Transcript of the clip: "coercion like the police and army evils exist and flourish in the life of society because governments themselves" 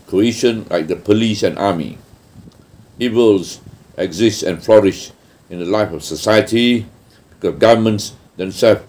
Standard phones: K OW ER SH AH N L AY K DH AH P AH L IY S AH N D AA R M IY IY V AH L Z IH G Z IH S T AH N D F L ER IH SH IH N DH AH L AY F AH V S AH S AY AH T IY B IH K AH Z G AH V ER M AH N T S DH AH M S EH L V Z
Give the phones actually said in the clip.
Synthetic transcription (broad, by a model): K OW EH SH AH N L AY K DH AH P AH L IY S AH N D AA M IY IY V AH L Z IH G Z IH S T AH N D F L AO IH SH IH N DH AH L AY F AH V S AH S AY AH T IY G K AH G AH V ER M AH N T S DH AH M S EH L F